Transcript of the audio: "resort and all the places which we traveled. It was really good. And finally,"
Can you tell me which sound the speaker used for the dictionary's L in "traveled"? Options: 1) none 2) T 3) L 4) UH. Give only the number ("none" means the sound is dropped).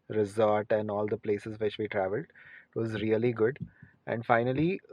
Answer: 3